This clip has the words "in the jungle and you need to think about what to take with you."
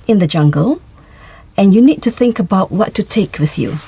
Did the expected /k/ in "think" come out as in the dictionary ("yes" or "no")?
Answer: yes